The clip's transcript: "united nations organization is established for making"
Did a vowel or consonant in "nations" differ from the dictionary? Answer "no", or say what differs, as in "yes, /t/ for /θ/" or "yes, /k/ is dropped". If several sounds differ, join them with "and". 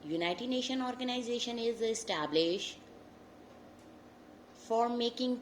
yes, /z/ is dropped